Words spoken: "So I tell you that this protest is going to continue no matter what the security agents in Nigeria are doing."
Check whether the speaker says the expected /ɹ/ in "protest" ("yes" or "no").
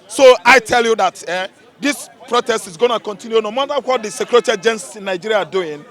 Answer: yes